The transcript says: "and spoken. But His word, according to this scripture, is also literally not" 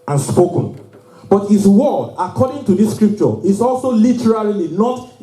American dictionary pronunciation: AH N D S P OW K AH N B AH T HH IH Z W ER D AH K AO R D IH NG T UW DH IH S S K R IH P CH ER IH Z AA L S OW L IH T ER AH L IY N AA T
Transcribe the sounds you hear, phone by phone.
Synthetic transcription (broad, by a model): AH N S P OW K AH N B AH T HH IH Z W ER D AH K AO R D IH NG T UW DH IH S S K R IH P CH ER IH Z AA L S OW L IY T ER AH L IY N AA T